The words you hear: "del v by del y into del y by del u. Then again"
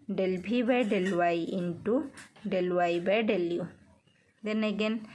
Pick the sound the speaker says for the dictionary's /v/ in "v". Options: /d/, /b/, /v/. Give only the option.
/b/